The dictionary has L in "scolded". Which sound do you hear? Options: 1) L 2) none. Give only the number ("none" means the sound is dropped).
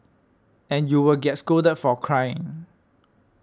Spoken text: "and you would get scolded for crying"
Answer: 2